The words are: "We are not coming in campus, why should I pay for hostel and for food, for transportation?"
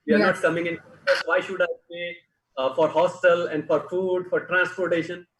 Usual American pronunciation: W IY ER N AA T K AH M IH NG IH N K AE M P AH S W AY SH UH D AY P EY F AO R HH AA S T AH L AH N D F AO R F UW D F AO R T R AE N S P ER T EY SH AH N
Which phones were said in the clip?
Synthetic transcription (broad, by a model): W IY ER N AA T K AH M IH NG IH N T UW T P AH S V AY SH UH D AY B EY F AO R HH AA S T AH L AH N D F AO R F UW D F AO R T R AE N S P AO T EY SH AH N